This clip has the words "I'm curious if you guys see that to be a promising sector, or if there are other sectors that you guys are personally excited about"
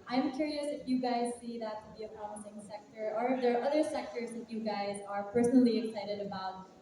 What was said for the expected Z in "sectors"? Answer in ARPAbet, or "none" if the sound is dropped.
Z